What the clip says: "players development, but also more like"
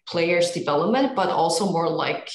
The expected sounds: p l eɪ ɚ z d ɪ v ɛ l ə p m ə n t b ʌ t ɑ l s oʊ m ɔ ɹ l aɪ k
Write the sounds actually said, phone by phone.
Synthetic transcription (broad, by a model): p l eɪ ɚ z d ɪ v ɛ l ə p m ə n t b ʌ t ɑ l s oʊ m ɔ ɹ l aɪ k